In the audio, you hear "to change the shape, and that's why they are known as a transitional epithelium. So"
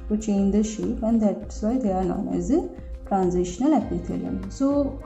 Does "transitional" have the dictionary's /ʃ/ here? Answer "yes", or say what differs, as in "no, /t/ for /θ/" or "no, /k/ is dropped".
yes